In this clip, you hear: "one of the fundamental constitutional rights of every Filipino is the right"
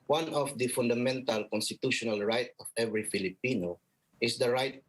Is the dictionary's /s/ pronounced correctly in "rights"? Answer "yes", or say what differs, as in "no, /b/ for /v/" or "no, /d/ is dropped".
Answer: no, /s/ is dropped